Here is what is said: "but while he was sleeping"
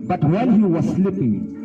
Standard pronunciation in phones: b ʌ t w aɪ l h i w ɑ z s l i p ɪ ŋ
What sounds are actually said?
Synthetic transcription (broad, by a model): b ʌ t w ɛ n h i w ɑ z s l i p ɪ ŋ